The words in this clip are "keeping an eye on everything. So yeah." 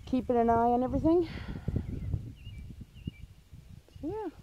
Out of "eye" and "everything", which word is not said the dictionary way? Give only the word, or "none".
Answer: none